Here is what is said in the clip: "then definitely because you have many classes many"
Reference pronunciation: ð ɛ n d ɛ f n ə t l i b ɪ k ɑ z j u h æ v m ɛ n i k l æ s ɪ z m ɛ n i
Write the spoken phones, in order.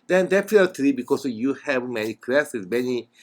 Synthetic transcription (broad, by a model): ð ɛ n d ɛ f ə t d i b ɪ k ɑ s j u h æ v m ɛ n i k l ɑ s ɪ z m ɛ n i